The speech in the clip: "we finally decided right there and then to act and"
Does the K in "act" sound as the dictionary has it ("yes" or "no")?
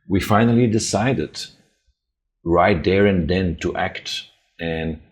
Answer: yes